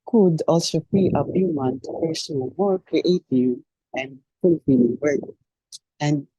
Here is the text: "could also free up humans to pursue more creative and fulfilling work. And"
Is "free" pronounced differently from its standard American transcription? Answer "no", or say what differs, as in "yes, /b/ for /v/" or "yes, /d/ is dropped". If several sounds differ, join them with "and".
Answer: yes, /ɹ/ is dropped